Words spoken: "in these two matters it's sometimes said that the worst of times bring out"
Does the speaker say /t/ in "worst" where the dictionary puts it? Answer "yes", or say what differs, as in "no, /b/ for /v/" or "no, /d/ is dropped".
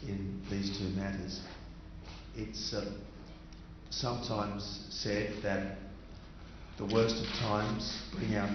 yes